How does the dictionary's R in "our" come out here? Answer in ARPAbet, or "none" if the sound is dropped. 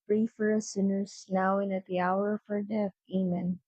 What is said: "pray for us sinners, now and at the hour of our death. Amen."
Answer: R